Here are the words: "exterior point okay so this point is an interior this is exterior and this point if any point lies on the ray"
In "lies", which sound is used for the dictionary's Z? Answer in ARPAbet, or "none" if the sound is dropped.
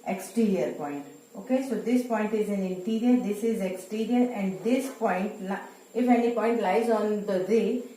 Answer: Z